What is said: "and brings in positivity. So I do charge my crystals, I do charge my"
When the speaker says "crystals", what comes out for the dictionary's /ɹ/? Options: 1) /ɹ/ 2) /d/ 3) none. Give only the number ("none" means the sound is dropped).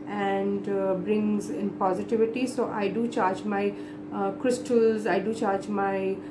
1